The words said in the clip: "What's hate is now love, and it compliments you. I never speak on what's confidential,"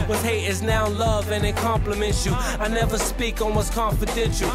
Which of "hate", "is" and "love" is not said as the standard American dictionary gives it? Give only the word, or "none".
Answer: none